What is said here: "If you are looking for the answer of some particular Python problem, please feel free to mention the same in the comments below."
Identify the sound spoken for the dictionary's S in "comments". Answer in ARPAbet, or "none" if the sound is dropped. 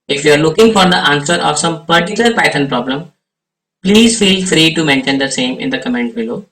none